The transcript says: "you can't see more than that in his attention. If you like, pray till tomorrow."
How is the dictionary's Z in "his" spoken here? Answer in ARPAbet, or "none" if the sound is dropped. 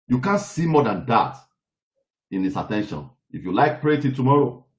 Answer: S